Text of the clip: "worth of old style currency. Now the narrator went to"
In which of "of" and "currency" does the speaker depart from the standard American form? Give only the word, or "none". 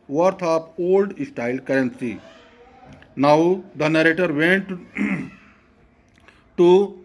of